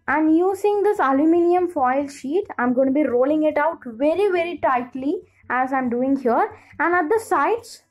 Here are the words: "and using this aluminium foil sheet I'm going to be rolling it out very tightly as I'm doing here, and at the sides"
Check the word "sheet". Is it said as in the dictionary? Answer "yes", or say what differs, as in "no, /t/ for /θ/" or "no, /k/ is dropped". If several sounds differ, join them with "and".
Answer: yes